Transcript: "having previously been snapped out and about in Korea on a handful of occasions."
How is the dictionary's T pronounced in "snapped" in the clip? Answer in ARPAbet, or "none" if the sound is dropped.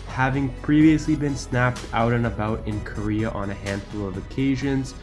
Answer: T